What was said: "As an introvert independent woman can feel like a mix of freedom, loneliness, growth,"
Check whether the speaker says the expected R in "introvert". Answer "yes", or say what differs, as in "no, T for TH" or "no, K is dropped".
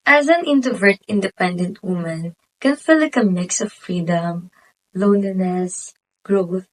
no, R is dropped